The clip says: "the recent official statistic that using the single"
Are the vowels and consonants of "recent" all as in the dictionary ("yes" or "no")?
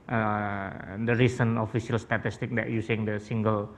no